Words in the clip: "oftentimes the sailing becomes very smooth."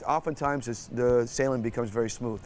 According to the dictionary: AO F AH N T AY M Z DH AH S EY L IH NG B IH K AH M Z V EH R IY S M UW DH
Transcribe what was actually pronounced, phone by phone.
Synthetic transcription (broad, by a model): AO F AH N T AY M Z DH AH S EY L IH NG B IH K AH M Z V EH R IY S M UW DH